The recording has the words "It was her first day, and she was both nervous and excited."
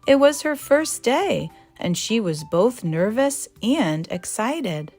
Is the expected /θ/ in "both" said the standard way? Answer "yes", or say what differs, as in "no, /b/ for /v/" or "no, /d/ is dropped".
yes